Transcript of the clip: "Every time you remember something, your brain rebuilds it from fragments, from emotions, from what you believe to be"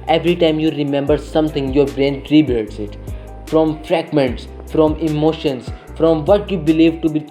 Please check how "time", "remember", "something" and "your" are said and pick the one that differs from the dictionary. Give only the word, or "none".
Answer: something